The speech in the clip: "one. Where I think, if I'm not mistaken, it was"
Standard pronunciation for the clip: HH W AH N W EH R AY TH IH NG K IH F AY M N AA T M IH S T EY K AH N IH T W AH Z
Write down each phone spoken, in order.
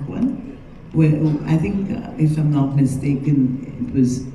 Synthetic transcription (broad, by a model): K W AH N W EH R AY TH IH NG K IH F AY M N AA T M IH S T EY K AH N IH T W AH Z